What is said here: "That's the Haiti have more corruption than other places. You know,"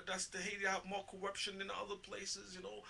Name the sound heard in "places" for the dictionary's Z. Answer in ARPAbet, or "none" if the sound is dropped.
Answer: Z